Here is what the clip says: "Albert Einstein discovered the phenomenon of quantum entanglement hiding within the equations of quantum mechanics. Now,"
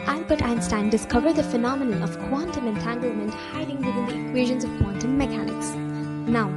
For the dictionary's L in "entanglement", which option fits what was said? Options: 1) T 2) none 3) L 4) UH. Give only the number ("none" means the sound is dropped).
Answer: 3